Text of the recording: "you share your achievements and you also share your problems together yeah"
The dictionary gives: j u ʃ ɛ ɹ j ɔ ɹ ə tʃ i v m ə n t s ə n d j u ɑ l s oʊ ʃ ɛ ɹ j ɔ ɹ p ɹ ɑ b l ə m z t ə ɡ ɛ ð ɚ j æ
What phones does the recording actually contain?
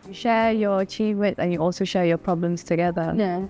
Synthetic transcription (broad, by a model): j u ʃ ɛ j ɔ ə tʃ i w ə t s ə n j u ɑ l s oʊ ʃ ɛ j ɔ p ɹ ɑ b l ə m s t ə ɡ ɛ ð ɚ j